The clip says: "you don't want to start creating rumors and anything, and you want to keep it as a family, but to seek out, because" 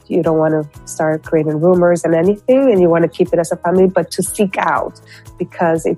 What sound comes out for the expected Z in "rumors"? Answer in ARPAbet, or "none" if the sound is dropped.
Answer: Z